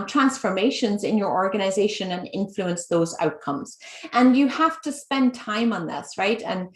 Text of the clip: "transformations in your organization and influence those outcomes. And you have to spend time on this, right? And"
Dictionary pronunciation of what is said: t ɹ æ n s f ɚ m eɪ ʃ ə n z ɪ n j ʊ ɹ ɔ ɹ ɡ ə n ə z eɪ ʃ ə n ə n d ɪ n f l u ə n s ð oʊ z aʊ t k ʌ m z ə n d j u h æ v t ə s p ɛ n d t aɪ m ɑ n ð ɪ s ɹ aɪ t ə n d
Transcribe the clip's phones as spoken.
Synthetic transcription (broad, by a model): t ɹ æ n s f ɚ m eɪ ʃ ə n z ɪ n j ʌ ɹ ɔ ɹ ɡ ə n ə z eɪ ʃ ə n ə n ɪ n f l u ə n s ð oʊ z aʊ t k ʌ m z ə n j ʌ h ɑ f t ə s p ɛ n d t aɪ m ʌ n ð ɪ s ɹ aɪ t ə n